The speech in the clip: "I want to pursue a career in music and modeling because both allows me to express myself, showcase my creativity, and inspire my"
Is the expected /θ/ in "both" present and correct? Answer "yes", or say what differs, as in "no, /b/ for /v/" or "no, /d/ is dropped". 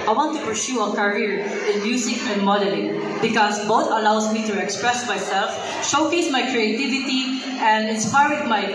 no, /t/ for /θ/